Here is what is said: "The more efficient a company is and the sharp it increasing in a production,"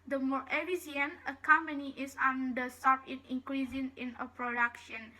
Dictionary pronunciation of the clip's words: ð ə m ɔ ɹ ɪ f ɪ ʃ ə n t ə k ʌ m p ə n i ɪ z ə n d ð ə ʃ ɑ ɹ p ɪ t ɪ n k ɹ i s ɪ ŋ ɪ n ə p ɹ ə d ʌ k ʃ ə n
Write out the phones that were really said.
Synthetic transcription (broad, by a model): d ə m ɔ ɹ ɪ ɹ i s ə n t ə k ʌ m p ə n i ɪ s ə n d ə s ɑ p ɪ t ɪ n k ɹ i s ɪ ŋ ɪ n ə p ɹ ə d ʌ k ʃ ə n